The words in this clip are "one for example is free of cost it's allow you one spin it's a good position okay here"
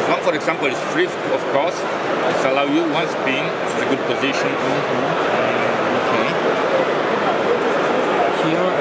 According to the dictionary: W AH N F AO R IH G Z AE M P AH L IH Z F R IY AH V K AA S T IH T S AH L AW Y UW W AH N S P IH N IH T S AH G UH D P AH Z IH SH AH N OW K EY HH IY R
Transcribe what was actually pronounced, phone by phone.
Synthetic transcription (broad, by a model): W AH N F AO R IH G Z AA M P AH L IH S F R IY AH F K AA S IH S AH L AW Y UW W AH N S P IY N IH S AH G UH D P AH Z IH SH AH N OW K EY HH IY